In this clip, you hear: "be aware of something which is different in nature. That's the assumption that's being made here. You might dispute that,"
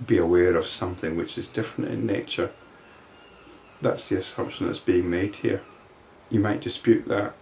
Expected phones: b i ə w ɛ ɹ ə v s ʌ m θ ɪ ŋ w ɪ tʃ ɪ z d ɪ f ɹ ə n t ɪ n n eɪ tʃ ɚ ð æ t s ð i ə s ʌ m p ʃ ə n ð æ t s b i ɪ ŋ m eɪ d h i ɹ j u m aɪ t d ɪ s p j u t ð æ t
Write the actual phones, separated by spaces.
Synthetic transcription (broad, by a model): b i ə w ɛ ɹ ə v s ʌ m θ ɪ ŋ w ɪ tʃ ɪ z d ɪ f ɹ ə n t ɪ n n eɪ tʃ ɚ ð æ t s ð i ə s ʌ m p ʃ ə n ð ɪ t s b i ɪ ŋ m eɪ d h i ɹ j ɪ m aɪ t d ɪ s p j u t ð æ t